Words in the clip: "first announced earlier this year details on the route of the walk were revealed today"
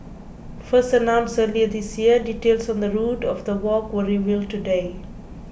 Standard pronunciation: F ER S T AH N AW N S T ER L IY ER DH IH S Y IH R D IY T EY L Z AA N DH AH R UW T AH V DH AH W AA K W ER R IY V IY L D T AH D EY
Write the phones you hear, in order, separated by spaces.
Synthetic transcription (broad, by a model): F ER S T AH N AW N S ER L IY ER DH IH S Y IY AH D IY T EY L S AA N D AH R UW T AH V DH AH W AA K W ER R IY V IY L T AH D EY